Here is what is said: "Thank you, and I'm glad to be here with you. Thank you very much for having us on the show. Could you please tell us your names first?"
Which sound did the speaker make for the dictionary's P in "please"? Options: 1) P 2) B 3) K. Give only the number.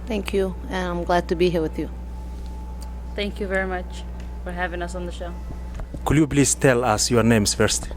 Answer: 2